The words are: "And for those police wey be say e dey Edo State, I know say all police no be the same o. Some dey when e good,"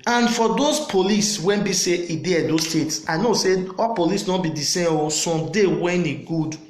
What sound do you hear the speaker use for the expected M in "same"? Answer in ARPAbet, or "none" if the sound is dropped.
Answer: none